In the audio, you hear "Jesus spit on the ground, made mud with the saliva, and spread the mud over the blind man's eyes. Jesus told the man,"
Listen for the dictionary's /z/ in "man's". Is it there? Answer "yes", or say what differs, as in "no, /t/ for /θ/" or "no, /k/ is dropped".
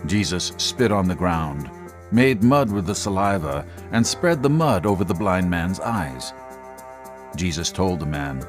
yes